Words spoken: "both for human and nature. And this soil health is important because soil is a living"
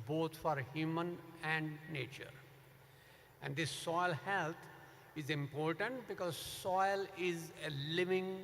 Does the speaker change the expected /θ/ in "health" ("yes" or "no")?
yes